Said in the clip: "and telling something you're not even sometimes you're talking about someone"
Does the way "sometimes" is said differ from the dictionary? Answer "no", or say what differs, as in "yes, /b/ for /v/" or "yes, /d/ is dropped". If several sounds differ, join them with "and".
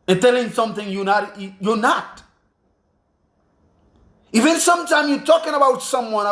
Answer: yes, /z/ is dropped